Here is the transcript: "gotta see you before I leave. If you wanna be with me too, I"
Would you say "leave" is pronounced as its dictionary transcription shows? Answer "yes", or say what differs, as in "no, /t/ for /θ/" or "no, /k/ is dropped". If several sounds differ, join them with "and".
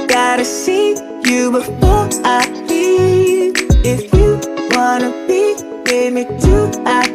no, /v/ is dropped